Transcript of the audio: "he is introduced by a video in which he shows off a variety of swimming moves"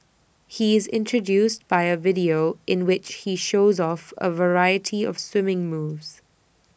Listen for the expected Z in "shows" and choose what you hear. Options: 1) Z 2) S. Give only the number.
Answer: 1